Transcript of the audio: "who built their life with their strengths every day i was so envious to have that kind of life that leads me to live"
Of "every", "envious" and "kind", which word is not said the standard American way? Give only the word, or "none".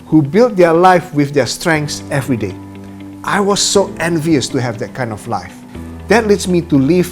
none